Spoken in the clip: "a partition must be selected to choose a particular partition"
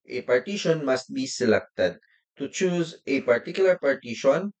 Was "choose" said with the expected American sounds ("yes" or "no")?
yes